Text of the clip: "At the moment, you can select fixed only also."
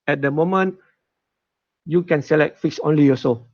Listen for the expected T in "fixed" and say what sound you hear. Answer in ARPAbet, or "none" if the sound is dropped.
none